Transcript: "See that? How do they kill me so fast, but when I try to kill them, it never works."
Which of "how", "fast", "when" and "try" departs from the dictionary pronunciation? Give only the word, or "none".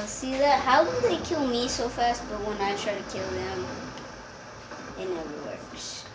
none